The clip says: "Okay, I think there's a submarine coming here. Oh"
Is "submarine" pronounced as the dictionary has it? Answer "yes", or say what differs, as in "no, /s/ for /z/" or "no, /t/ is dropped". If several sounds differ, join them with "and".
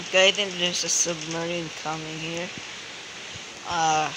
yes